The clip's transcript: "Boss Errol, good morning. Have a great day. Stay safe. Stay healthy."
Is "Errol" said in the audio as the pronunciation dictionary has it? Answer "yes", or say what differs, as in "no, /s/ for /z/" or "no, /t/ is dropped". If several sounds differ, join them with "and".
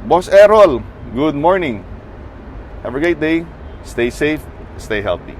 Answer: yes